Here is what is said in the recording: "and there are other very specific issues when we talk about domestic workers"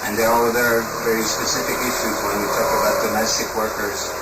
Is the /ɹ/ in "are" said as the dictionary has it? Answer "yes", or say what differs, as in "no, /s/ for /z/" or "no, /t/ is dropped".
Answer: no, /l/ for /ɹ/